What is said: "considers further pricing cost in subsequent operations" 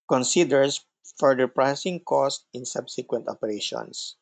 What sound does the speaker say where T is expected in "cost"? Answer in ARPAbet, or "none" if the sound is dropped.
T